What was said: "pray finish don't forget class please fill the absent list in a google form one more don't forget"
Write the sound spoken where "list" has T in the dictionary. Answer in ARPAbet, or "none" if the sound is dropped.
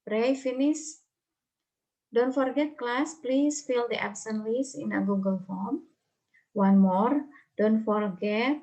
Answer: none